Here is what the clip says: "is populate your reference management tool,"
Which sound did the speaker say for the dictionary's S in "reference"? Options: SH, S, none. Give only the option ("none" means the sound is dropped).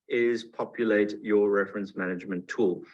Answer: S